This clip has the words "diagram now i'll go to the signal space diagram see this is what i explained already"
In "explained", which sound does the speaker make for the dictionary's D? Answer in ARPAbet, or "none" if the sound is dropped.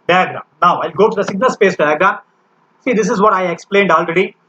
D